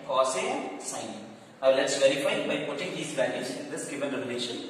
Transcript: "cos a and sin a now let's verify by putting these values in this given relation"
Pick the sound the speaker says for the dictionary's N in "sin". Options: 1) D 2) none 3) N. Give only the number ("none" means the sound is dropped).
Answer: 2